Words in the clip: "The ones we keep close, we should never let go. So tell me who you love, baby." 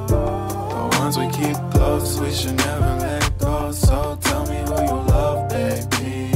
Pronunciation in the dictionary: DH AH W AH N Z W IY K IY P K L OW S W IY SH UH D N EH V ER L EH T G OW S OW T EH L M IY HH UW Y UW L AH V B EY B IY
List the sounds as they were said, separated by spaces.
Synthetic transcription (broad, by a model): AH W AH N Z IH K IY P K OW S W IY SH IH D N EH V ER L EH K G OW S OW T EH L M IY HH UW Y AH L AH V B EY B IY